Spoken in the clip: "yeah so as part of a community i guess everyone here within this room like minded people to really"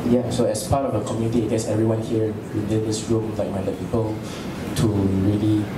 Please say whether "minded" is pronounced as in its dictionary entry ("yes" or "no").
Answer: no